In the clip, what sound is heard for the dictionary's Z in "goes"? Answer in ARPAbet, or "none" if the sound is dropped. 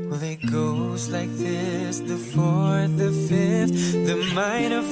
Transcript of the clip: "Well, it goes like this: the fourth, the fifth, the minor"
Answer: Z